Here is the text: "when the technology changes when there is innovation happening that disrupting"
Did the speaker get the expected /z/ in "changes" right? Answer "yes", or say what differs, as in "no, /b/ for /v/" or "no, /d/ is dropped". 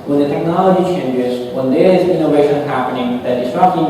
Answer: yes